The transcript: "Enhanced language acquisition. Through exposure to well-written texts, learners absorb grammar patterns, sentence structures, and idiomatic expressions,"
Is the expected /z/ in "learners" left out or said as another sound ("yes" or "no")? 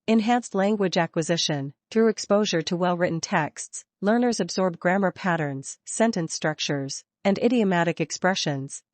no